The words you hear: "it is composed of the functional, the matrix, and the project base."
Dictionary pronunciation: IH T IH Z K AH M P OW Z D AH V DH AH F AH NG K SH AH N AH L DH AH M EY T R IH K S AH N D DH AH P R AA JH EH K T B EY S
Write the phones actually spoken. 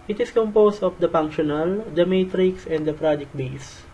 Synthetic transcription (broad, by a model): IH T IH S K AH M P OW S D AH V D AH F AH NG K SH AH N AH L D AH M EY T R IH K S AH N D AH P R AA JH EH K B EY S